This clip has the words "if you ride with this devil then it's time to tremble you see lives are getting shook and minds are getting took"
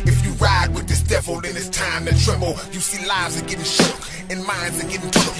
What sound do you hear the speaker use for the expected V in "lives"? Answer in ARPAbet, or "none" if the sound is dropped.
V